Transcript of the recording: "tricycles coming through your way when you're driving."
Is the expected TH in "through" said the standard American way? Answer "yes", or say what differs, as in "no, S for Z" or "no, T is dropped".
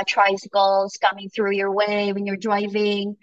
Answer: yes